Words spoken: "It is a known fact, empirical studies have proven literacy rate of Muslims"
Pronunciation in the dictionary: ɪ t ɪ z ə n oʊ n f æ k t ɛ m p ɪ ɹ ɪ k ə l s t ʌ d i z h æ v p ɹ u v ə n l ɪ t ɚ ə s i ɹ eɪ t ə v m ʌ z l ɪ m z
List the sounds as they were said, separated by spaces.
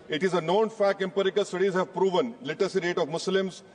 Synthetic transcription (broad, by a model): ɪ t ɪ z ə n oʊ n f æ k ɛ m p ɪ ɹ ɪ k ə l s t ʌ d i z h æ v p ɹ u v ə n l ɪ t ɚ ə s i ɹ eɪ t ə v m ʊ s l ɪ m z